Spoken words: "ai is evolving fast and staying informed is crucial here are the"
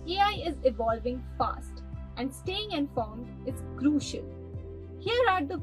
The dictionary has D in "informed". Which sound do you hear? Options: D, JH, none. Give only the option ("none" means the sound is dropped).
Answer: none